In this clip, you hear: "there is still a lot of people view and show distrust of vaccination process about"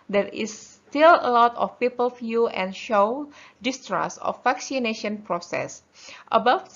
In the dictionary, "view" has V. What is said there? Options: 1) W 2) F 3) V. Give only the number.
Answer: 2